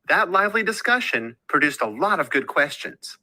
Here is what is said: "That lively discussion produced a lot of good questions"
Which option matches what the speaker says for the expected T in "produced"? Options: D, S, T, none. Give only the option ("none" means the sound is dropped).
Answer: T